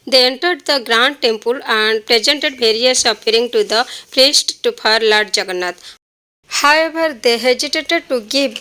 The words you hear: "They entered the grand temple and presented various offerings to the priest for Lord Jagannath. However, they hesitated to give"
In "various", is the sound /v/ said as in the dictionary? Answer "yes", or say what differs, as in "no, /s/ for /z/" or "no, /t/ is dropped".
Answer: no, /b/ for /v/